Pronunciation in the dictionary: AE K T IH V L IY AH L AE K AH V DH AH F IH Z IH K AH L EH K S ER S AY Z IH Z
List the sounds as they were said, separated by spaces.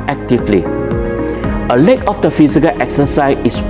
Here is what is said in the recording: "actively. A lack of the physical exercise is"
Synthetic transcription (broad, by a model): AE K T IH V L IY AH L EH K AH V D AH F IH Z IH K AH L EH K S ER S AY IH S